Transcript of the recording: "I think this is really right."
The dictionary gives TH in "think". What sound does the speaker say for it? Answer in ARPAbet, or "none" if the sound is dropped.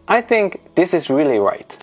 TH